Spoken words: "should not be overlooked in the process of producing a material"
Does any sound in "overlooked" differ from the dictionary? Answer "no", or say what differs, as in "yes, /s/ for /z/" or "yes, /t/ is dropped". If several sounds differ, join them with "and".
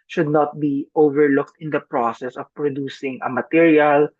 no